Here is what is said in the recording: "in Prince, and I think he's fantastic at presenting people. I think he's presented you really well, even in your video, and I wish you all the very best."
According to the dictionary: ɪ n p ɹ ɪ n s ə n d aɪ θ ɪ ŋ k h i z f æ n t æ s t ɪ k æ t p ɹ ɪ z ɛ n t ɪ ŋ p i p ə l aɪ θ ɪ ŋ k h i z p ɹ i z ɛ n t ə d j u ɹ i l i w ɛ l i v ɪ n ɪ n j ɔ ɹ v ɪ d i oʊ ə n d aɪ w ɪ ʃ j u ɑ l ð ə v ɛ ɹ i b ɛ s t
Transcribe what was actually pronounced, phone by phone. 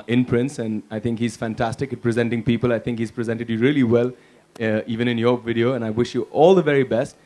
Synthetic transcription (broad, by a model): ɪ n p ɹ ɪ n s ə n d aɪ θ ɪ ŋ k h i z f æ n t æ s t ɪ k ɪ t p ɹ ɪ z ɛ n t ɪ ŋ p i p ə l aɪ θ ɪ ŋ k h i z p ɹ i z ɛ n t ə d j u ɹ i l i w ɛ l i v ɪ n ɪ n j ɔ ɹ v ɪ d i oʊ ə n aɪ w ɪ ʃ j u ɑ l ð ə v ɛ ɹ i b ɛ s t